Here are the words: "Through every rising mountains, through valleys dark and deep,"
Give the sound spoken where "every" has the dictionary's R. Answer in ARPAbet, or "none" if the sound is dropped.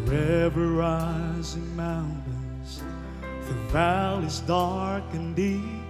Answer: none